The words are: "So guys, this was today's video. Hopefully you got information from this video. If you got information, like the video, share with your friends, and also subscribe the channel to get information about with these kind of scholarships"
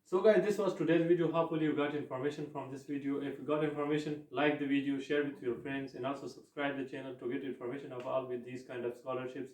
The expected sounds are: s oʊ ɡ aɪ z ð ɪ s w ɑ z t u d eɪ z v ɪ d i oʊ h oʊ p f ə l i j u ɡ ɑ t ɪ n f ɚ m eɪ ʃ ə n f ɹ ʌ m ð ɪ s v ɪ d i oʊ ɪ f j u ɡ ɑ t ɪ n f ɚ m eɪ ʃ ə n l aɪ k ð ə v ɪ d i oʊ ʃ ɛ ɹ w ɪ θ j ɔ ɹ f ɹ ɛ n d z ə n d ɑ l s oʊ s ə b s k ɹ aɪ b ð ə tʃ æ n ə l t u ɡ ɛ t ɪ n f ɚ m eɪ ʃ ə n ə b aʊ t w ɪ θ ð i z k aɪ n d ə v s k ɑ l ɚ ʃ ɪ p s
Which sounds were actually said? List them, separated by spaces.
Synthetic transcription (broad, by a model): s oʊ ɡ aɪ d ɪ s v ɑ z t u d eɪ z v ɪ d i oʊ h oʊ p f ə l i j u ɡ ɑ t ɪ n f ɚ m eɪ ʃ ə n f ɹ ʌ m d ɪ s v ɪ d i oʊ ɪ f j u ɡ ɑ t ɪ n f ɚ m eɪ ʃ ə n l aɪ k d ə v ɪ d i oʊ ʃ ɛ ɹ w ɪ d j ɔ ɹ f ɹ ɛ n d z ə n d ɑ l s oʊ s ə b s k ɹ aɪ b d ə tʃ æ n ə l t u ɡ ɛ t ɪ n f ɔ m eɪ ʃ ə n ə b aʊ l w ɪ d i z k aɪ n d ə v s k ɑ l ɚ ʃ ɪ p s